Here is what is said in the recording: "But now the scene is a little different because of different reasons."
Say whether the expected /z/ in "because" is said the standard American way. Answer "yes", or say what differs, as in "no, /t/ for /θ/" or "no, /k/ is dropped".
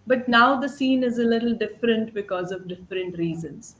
yes